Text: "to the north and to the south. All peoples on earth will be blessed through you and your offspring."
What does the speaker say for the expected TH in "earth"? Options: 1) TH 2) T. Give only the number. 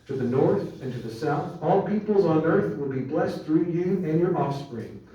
1